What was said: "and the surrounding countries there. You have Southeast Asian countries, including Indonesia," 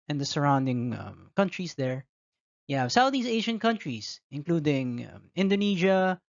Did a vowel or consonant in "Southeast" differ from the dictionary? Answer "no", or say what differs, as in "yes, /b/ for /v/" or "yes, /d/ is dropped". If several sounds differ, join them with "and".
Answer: yes, /t/ is dropped